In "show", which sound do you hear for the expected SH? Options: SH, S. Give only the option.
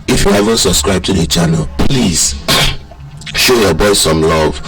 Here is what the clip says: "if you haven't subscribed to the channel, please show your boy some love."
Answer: SH